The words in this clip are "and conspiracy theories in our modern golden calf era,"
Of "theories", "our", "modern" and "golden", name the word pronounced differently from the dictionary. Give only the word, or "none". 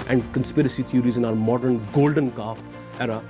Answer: theories